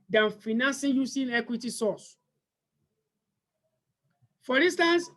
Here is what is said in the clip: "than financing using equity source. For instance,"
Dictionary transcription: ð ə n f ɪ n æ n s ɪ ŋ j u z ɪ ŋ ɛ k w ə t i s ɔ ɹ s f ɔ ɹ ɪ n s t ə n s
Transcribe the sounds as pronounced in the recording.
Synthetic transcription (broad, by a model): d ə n f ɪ n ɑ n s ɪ j u s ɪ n ɛ k w ə t i s ɔ s f ɔ ɹ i n s t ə n s